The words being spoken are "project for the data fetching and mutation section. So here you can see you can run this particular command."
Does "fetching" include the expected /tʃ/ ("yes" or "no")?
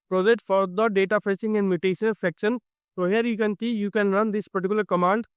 no